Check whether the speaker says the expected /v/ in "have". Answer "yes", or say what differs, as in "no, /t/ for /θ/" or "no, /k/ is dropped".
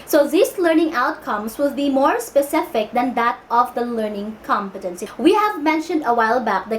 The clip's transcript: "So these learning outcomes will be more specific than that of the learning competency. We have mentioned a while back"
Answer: yes